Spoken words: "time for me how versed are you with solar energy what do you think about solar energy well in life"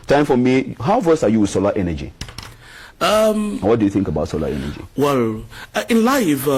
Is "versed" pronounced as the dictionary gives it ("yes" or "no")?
no